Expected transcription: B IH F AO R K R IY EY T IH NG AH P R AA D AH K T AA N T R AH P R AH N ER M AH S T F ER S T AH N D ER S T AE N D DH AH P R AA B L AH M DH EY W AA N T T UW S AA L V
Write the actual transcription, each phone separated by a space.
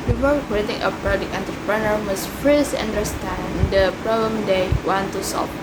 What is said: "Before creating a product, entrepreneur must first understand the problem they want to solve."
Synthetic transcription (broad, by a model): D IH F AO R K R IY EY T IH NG AH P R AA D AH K AA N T AH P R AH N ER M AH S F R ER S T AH N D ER S T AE N D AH P R AA B L AH M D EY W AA N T T UW S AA L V